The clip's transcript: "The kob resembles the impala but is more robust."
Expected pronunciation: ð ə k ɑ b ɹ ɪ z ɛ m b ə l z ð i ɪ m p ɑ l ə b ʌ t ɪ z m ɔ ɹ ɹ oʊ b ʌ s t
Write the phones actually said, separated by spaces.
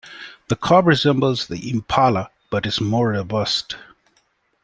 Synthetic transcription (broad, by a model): ð ə k ɑ b ɹ ɪ z ɛ m b ə l z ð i ɪ m p ɑ l ə b ʌ t ɪ z m ɔ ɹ ɹ oʊ b ʌ s t